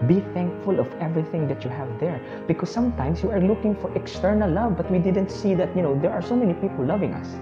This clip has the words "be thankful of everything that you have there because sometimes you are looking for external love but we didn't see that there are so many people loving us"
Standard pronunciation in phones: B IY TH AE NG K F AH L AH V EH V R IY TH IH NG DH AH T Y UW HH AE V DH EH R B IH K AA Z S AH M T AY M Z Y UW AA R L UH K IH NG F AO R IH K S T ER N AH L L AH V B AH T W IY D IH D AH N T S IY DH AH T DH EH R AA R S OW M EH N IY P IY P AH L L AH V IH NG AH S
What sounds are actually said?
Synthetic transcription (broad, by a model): B IY TH AE NG K F AH L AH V EH V R IY TH IH NG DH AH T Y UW HH AE V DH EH R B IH K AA S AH M T AY M S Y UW AA R L UH K IH NG F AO R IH K S T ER N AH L L AH V B AH T W IY D IH D AH N T S IY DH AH T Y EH R AA R S OW M EH N IY P IY P AH L L AH V IH NG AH S